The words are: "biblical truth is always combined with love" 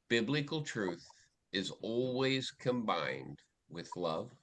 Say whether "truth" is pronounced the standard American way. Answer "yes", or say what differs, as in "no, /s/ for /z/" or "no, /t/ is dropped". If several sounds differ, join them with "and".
yes